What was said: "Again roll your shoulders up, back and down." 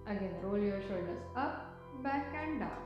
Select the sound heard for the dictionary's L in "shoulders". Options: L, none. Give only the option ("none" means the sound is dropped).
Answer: none